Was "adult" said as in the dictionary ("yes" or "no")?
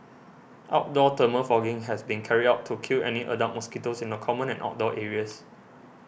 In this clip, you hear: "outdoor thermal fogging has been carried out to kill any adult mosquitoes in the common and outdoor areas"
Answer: no